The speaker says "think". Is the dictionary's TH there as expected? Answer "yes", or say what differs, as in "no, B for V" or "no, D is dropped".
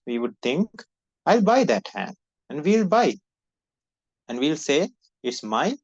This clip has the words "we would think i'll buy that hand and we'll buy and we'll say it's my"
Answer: no, T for TH